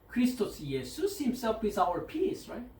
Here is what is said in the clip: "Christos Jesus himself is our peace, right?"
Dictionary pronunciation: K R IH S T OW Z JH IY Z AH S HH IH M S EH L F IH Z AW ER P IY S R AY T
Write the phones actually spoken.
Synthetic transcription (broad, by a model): K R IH S T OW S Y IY S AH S HH IH M S EH L F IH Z AW ER P IY S R AY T